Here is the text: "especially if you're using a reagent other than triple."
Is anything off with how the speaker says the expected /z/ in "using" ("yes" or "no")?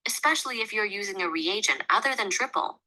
no